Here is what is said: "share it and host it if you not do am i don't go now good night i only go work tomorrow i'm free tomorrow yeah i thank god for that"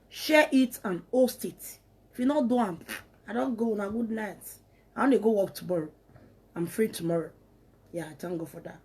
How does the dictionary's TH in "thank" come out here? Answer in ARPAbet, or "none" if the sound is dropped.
T